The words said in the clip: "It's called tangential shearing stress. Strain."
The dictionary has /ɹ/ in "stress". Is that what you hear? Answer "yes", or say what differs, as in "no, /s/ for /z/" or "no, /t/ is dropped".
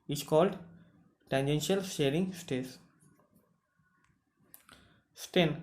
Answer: no, /ɹ/ is dropped